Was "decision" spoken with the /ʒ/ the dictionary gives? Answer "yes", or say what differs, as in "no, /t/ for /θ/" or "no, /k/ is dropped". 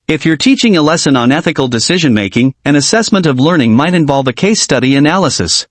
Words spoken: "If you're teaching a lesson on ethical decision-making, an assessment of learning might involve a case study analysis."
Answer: yes